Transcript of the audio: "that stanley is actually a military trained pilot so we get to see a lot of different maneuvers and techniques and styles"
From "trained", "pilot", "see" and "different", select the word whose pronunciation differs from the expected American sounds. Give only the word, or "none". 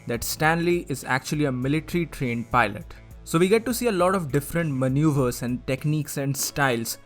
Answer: none